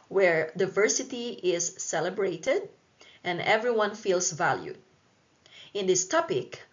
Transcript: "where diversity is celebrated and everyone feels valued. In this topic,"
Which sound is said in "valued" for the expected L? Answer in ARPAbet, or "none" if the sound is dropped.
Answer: L